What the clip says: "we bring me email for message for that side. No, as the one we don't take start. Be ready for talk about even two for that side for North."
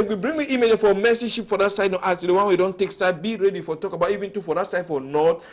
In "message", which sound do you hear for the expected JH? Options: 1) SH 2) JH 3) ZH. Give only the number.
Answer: 1